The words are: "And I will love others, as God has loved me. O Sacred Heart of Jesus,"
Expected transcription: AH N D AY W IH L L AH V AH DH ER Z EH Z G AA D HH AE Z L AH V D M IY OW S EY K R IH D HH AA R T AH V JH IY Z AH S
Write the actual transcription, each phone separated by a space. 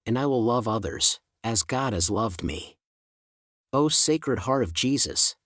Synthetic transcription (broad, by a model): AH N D AY W IH L L AH V AH DH ER Z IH Z G AA D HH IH Z L AH V D M IY OW S EY K R IH D HH AA R T AH V JH IY Z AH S